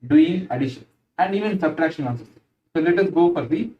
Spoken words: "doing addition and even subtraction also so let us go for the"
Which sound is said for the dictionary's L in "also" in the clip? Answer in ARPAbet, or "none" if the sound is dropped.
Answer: N